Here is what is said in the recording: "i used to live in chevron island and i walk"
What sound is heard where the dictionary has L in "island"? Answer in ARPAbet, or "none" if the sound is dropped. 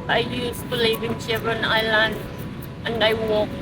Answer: L